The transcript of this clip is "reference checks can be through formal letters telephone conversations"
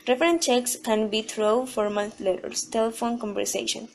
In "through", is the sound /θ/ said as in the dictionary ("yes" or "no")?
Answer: no